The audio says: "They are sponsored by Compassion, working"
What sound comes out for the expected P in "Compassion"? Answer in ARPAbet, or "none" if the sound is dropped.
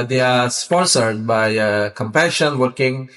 P